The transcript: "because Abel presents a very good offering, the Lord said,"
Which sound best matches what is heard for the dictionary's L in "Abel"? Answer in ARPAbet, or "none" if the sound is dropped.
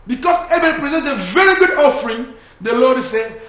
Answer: N